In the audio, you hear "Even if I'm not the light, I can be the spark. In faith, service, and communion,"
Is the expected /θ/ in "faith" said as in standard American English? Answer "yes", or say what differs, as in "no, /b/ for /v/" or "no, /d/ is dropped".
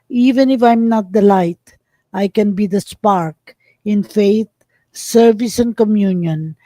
no, /t/ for /θ/